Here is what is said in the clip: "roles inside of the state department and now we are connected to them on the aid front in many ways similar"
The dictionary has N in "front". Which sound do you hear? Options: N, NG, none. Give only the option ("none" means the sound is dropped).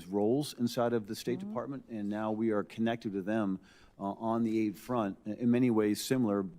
N